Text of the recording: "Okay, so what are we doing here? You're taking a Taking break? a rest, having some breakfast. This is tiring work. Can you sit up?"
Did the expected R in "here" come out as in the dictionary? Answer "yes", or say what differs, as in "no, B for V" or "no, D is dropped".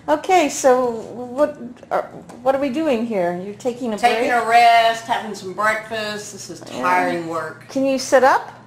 yes